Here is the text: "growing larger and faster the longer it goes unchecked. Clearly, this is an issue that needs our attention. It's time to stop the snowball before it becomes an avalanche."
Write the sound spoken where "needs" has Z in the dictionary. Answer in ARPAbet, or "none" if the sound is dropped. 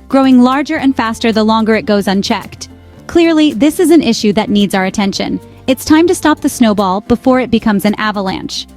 Z